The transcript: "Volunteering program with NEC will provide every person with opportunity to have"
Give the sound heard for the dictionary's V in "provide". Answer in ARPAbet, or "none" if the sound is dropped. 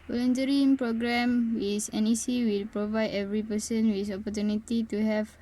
V